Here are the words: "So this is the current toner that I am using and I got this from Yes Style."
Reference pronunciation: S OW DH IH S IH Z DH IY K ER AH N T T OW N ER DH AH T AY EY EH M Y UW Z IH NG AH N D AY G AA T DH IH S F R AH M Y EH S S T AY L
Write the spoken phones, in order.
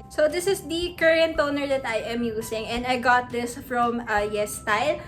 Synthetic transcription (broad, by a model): S OW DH IH S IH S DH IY K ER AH N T T OW N ER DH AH T AY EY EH M Y UW S IH NG AH N D AY G AA T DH IH S F R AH M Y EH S S T AY L